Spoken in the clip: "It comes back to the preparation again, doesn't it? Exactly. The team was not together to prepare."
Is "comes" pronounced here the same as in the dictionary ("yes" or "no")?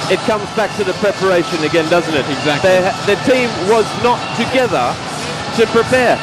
yes